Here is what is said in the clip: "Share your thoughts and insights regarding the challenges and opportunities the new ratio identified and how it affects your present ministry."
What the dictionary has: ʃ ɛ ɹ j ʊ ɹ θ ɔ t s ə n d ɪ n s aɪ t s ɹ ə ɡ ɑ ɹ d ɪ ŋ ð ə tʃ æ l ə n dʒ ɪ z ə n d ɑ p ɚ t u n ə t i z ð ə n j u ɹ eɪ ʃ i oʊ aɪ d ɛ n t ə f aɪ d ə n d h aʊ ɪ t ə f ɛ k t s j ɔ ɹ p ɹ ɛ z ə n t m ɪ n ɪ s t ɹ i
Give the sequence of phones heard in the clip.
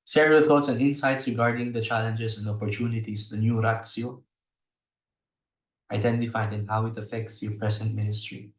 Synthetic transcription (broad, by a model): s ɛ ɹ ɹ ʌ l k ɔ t s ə n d ɪ n s aɪ t s ɹ ə ɡ ɑ ɹ d ɪ ŋ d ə tʃ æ l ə n dʒ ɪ s ə n d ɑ p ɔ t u n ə t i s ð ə n j u ɹ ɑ s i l aɪ d ɛ n t ə f aɪ d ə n h aʊ ɪ t ə f ɛ k t s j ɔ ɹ p ɹ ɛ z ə n t m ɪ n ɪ s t ɹ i